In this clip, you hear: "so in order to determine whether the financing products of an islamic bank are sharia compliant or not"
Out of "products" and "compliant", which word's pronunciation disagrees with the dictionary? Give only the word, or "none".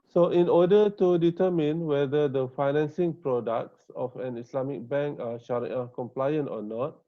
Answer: none